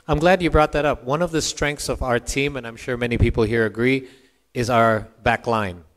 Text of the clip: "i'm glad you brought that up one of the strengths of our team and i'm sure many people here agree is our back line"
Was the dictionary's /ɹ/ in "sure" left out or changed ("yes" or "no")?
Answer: no